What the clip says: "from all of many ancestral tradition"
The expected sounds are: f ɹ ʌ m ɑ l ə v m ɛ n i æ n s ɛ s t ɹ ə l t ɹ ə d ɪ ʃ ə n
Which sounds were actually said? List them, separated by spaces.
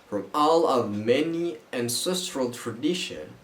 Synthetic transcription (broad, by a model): f ɹ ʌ m ɑ l ə v m ɛ n i æ n s ɛ s t ɹ ə l t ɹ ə d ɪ ʃ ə n